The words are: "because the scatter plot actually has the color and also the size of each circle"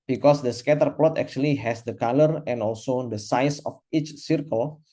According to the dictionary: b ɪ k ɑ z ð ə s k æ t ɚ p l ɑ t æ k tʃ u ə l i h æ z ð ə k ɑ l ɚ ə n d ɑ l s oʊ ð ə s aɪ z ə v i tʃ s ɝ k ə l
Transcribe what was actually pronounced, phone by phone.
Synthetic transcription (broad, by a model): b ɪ k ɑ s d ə s k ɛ t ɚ p l ɑ t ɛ k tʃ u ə l i h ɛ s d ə k ɑ l ɚ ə n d ɑ l s oʊ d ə s aɪ s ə f i tʃ s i k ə l